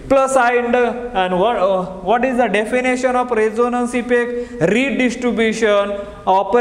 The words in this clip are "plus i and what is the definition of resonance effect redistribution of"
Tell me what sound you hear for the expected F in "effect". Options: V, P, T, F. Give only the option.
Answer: P